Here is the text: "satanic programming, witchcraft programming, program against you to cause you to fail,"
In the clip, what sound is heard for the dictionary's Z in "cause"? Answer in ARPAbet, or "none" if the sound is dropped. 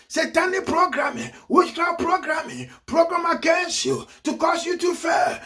S